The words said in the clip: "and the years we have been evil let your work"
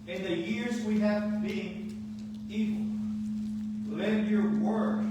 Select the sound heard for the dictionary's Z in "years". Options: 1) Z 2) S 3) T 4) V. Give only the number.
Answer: 1